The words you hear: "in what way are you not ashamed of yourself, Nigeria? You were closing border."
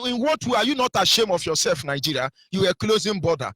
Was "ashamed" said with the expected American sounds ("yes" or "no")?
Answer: no